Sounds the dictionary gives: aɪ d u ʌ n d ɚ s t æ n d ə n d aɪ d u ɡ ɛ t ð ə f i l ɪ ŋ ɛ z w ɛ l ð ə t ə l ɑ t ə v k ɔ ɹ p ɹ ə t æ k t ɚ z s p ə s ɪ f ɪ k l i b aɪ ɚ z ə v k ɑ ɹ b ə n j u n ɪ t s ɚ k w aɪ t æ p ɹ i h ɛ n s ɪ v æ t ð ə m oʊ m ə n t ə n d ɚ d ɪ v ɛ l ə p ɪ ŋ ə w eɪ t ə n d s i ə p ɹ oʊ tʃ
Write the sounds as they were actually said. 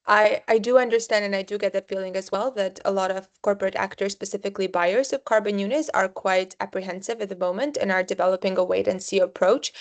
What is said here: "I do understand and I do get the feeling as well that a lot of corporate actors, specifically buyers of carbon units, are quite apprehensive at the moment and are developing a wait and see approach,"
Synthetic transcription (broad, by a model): aɪ d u ʌ n d ɚ s t æ n d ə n aɪ d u ɡ ɛ t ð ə f i l ɪ ŋ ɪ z w ɛ l ð ə t ə l ɑ t ə v k ɔ ɹ p ɹ ə t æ k t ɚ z s p ə s ɪ f ɪ k l i b aɪ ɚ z ə v k ɑ ɹ b ə n j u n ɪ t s ɚ k w aɪ t æ p ɹ i h ɛ n s ɪ v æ t ð ə m oʊ m ə n t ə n ɚ d ɪ v ɛ l ə p ɪ ŋ ə w eɪ t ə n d s i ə p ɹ oʊ tʃ